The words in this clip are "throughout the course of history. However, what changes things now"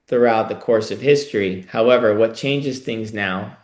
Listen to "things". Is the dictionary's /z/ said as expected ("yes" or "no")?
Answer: yes